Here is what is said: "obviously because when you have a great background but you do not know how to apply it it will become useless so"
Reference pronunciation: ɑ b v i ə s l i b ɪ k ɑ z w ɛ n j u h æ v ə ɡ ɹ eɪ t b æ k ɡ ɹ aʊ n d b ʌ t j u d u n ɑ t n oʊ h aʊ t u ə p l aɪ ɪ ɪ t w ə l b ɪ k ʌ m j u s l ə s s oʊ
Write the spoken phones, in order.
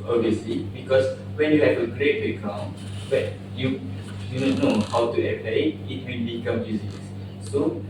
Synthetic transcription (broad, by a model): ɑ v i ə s l i b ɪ k ɑ s w ɛ n j u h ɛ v ə ɡ ɹ eɪ t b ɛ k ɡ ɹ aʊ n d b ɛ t j u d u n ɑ n oʊ h aʊ t u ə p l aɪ ɪ ɪ t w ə n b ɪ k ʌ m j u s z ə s s oʊ